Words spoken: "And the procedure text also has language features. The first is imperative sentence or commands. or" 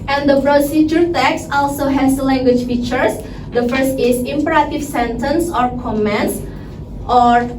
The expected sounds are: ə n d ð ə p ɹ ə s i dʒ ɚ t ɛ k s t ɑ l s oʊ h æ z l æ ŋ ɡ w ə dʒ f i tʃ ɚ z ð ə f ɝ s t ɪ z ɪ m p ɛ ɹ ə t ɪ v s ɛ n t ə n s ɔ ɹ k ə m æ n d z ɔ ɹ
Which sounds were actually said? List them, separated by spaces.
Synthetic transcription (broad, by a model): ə n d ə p ɹ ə s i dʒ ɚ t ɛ k s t ɑ l s oʊ h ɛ s l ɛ ŋ ɡ w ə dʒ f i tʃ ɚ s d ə f ɝ s t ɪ s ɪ m p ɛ ɹ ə t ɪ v s ɛ n t ə n s ɔ ɹ k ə m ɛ n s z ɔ ɹ